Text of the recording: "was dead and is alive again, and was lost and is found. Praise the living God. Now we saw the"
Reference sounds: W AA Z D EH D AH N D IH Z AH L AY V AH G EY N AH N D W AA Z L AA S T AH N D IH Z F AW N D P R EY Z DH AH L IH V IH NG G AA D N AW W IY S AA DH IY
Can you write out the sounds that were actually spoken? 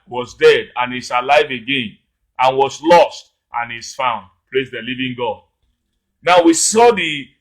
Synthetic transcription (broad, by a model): W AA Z D EH D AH N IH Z AH L AY V AH G EY N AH N W AA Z L AA S T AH N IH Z F AW N D P R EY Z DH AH L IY V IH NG G AA D N AW W IY S AA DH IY